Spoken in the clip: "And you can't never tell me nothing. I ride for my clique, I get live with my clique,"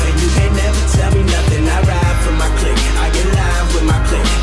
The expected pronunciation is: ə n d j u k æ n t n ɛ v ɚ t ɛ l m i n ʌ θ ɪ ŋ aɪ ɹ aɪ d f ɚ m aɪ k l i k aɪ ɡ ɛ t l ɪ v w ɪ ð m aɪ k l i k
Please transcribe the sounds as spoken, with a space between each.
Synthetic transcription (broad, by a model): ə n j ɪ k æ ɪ n ɛ v ɚ t ɛ l m i n ʌ θ ɪ ŋ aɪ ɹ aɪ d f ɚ m aɪ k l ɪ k aɪ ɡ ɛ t l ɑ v w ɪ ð m aɪ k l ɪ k